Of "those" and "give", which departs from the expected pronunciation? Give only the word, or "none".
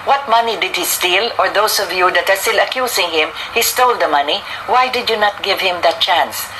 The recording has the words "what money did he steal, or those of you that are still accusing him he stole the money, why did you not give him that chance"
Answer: those